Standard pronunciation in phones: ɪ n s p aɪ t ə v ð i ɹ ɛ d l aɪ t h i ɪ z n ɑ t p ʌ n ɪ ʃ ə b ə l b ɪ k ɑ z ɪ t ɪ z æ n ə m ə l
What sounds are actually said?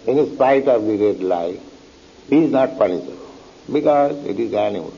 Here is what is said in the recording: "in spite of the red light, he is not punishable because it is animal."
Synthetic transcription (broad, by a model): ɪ n s p aɪ t ə v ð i ɹ ɛ d l aɪ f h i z n ɑ t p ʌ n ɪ s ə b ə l b ɪ k ɑ z ɪ t ɪ z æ n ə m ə l